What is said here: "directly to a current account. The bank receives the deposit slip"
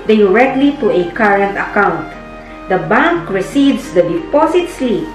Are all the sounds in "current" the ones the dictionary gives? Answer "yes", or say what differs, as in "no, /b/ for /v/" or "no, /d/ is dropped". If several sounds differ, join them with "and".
yes